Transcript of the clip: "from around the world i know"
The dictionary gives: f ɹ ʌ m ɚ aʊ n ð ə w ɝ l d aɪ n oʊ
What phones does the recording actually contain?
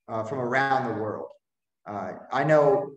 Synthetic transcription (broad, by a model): f ɹ ʌ m ɚ aʊ n ð ə w ɝ l d aɪ n oʊ